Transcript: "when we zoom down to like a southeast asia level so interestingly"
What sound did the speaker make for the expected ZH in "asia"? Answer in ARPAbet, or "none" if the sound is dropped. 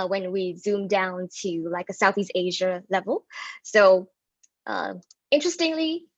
ZH